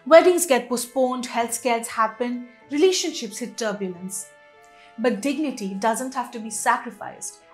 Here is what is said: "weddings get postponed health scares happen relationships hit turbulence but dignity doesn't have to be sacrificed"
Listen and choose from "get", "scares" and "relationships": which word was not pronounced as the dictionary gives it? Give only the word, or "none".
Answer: scares